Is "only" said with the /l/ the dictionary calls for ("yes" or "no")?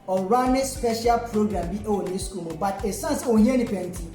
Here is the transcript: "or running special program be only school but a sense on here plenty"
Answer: no